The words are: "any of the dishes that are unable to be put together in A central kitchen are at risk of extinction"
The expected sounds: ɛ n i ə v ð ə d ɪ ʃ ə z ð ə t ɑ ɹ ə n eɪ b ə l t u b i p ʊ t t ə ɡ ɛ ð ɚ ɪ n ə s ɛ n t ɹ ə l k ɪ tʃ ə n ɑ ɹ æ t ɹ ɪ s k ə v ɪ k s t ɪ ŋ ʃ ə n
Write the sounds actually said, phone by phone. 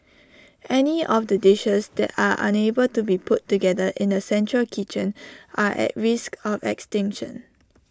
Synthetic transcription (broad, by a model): ɛ n i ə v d ə d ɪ ʃ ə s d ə t ɑ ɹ ə n eɪ b ə l t u b i p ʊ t t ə ɡ ɛ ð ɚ ɪ n ə s ɛ n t ɹ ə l k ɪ tʃ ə n ɑ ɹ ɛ t ɹ ɪ s k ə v ɪ k s t ɪ ŋ ʃ ə n